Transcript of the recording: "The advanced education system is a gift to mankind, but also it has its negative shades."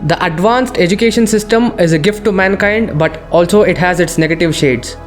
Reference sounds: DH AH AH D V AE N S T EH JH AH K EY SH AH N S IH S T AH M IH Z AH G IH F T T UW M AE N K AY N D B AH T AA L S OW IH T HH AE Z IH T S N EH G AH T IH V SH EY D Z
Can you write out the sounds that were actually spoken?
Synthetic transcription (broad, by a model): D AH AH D V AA N S T EH JH AH K EY SH AH N S IH S T AH M IH Z AH G IH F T T UW M AE N K AY N D B AH T AA L S OW IH T HH AE Z IH T S N EH G AH T IH V SH EY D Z